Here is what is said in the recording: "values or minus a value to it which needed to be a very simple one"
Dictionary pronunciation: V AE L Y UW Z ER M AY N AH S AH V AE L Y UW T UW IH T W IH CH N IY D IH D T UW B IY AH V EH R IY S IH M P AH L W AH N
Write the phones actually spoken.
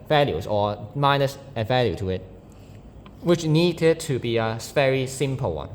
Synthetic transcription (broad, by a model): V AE L Y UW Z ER M AY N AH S AH V AE L Y UW T UW IH T W IH CH N IY D IH D T UW B IY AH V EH R IY S IH M P AH L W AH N